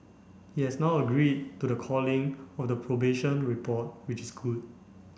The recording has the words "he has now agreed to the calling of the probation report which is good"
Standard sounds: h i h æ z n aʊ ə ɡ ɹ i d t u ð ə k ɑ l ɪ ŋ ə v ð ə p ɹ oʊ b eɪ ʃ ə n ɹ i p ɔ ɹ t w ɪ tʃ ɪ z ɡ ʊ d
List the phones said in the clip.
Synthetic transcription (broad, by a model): h i h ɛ s n aʊ ə ɡ ɹ i d t u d ə k ɑ l ɪ ŋ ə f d ə p ɹ oʊ b eɪ ʃ ə n ɹ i p ɔ t w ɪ tʃ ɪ s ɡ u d